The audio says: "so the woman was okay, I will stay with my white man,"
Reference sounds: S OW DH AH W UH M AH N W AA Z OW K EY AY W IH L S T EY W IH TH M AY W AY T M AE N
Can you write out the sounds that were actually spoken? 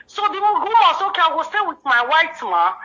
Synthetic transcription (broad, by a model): S OW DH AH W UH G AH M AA S OW K EY AY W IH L S T EY W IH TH M AY W AY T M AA